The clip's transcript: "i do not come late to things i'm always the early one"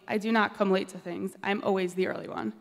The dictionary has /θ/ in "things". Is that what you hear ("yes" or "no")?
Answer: yes